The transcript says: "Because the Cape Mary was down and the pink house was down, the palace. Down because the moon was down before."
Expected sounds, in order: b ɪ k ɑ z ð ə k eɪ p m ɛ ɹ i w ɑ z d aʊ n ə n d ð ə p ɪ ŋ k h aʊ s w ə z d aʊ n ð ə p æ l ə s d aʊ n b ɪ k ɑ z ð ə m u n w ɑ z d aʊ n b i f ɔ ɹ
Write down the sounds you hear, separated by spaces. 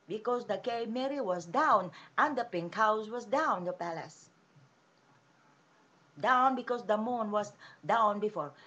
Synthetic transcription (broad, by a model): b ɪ k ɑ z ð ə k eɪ m ɛ ɹ i w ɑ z d aʊ n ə n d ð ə p ɪ ŋ k h aʊ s w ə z d aʊ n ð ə p æ l ə s d aʊ n b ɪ k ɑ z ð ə m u n w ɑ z d aʊ n b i f ɔ ɹ